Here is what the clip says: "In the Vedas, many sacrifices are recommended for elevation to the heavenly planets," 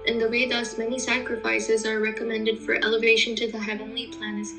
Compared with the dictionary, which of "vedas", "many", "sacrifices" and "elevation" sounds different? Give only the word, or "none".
vedas